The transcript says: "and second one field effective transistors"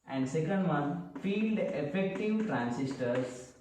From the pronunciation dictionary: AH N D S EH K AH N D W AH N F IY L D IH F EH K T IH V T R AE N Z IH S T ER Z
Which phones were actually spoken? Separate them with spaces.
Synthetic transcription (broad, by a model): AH N D S EH K AH N D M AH N F IY L D IH F EH K T IH V T R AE N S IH S T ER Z